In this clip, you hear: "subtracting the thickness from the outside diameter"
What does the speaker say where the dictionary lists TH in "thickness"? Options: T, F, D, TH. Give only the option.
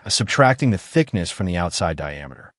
TH